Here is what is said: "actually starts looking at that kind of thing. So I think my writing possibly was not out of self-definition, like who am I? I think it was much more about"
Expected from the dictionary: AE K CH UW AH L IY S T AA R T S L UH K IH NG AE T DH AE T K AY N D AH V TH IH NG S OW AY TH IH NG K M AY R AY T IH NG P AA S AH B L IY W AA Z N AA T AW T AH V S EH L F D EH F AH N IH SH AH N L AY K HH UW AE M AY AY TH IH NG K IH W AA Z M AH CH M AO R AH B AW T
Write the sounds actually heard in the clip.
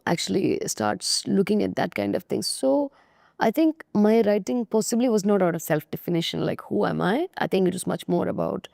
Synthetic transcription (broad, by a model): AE K CH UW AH L IY S T AA R T S L UH K IH NG AE T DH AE T K AY N D AH V T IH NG S OW AY T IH NG K M AY R AY T IH NG P AA S AH B L IY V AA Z N AA T AW T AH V S EH L F D EH F AH N IH SH AH N L AY K HH UW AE M AY AY T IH NG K IH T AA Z M AH CH M AO R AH B AW T